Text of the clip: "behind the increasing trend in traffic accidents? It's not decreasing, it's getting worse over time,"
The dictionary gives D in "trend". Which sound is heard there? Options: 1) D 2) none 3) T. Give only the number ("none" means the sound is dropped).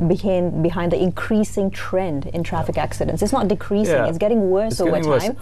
1